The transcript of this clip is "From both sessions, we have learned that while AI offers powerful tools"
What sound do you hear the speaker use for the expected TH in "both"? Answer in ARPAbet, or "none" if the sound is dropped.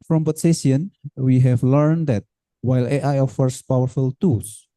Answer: S